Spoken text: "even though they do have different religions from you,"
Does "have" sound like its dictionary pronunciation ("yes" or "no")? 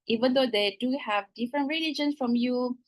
yes